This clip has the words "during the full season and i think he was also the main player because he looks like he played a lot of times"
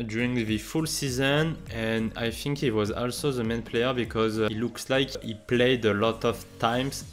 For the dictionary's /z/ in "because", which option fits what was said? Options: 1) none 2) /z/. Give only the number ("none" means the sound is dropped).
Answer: 2